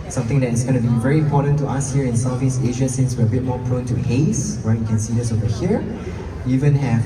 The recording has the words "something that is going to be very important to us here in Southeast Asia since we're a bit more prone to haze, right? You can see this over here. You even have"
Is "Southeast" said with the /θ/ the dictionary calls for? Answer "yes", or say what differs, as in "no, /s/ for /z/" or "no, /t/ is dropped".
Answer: no, /f/ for /θ/